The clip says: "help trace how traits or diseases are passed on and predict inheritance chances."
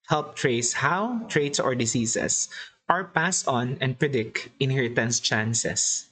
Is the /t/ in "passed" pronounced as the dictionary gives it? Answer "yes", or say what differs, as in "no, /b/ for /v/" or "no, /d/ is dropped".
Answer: no, /t/ is dropped